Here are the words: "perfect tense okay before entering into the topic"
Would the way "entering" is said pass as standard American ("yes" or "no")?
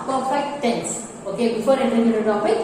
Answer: no